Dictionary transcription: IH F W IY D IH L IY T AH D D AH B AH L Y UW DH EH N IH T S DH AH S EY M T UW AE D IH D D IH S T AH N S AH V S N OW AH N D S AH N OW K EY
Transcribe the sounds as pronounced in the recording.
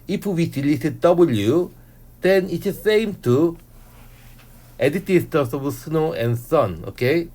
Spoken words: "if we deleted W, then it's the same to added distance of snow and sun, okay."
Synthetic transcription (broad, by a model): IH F W IY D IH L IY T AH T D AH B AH L Y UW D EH N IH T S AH S EY M T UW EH D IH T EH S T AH S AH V S N OW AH N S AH N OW K EY